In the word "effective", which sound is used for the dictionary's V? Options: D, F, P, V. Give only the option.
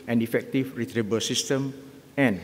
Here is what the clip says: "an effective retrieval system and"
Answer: F